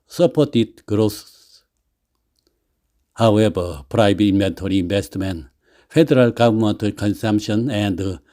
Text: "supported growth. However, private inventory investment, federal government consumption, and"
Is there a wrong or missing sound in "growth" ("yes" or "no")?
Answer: yes